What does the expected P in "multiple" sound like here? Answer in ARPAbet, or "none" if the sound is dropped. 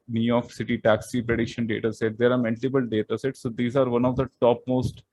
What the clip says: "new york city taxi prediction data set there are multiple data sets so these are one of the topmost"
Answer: B